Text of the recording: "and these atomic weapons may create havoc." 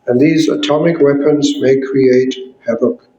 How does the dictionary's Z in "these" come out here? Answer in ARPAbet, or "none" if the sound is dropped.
Z